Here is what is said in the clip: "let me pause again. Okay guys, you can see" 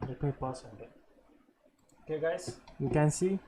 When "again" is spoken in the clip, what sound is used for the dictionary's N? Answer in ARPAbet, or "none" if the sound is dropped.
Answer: none